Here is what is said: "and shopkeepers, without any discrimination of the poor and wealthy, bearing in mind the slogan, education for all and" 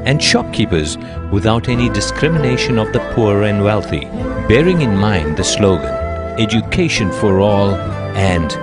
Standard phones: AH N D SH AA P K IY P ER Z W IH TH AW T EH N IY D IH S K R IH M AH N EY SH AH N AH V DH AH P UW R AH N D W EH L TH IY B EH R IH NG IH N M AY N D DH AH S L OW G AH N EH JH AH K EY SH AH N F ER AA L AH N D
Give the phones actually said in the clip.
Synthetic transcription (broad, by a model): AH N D SH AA K IY P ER Z W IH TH AW T EH N IY D IH S K R IH M AH N EY SH AH N AH V DH AH P UW R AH N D W EH L TH IY B EH R IH NG IH N M AY N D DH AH S L OW G AH N EH JH AH K EY SH AH N F ER AA L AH N D